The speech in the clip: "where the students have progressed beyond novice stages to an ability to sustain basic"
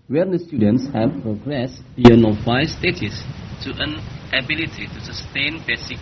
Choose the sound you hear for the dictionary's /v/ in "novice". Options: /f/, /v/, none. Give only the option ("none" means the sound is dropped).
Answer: none